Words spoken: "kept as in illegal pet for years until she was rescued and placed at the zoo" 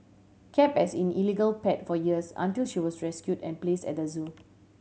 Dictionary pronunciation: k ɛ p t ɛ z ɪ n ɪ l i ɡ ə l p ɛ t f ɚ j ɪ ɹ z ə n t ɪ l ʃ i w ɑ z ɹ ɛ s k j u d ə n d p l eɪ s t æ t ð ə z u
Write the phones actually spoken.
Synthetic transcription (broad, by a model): k ɛ p ɛ s ɪ n ɪ l i ɡ ə l p ɛ t f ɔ j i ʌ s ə n t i l ʃ i w ɑ s ɹ ɛ s k j u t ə n p l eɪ s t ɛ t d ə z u